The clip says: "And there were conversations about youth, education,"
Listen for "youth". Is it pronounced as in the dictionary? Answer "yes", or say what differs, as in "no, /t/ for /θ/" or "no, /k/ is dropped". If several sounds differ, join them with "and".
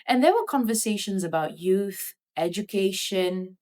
yes